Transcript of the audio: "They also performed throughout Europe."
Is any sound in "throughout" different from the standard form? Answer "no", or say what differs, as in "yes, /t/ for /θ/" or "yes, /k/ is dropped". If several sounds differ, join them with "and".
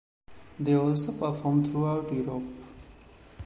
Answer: yes, /t/ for /θ/